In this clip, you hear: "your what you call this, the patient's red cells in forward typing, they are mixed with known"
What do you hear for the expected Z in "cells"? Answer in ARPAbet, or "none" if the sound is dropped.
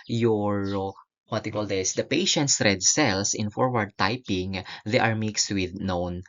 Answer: S